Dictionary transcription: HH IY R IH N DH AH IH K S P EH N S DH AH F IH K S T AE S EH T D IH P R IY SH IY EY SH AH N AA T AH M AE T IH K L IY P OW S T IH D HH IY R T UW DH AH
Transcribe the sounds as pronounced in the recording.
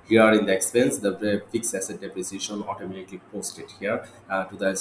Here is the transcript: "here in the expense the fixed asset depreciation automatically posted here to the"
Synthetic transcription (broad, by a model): HH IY R IH N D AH IH K S P EH N S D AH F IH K S AE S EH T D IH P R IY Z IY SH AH N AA T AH M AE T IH K L IY P OW S T IH D HH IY R T UW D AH